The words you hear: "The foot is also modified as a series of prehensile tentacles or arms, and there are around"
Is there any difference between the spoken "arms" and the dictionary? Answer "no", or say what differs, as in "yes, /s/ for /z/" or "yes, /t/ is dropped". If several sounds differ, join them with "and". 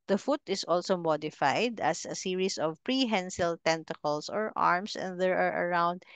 yes, /s/ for /z/